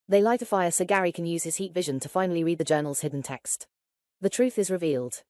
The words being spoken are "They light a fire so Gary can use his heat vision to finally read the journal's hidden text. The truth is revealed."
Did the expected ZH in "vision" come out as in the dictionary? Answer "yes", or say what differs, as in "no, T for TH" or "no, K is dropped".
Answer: yes